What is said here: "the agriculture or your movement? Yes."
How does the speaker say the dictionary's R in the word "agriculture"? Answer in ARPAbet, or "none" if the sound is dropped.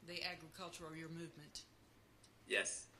R